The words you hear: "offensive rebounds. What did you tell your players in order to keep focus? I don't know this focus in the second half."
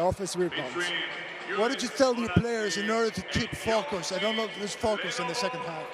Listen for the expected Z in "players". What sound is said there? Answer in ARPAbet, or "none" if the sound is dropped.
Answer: Z